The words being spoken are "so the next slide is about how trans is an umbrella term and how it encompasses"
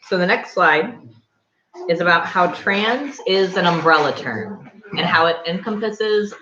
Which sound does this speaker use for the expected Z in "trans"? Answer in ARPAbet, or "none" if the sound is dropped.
Z